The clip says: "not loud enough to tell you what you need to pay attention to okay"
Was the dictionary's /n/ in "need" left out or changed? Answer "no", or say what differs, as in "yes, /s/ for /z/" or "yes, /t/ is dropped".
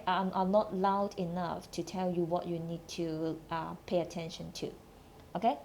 no